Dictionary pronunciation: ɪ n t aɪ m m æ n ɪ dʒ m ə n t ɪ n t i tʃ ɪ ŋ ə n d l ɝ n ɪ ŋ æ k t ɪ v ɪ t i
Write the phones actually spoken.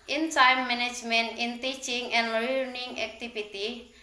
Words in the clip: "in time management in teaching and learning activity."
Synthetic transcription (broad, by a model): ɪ n s aɪ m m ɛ n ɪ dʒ m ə n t ɪ n t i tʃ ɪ ŋ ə n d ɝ n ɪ ŋ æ k t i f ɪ t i